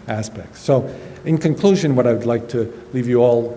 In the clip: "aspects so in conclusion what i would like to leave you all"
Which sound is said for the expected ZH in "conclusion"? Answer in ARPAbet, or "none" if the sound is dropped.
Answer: ZH